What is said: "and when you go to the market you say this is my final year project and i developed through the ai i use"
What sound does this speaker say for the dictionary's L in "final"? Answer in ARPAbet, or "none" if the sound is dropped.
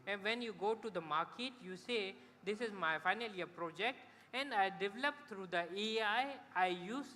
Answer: L